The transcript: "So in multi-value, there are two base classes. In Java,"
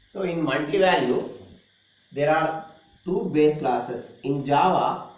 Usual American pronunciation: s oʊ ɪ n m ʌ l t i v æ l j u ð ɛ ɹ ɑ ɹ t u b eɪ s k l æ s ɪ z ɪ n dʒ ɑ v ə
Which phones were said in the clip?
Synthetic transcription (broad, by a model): s oʊ ɪ n m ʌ n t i v æ l j u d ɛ ɹ ɑ ɹ t u b eɪ s k l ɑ s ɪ s ɪ n dʒ ɑ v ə